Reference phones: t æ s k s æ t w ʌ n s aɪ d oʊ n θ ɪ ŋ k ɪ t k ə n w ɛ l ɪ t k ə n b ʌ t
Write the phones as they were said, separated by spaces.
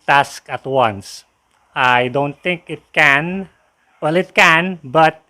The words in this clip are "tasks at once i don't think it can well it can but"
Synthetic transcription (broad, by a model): t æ s k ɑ t w ʌ n s aɪ d oʊ n t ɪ ŋ k ɪ t k ə n w ɛ l ɪ t k ə n b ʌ t